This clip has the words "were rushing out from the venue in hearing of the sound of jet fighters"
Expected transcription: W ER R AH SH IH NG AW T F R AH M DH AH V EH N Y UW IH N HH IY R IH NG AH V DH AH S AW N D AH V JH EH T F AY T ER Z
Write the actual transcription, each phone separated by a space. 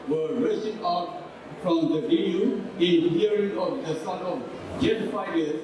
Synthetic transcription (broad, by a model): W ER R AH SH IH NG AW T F R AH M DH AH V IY Y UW IH N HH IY R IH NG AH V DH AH S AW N AH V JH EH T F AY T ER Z